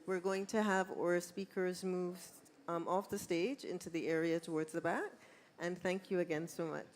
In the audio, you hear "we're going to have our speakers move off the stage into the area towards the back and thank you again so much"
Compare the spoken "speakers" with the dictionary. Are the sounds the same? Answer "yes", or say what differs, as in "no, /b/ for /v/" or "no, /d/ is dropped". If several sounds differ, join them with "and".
yes